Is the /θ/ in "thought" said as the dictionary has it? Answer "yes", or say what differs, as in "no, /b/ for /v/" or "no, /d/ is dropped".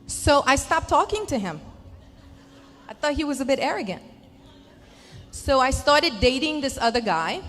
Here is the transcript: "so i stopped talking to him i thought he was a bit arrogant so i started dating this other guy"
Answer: yes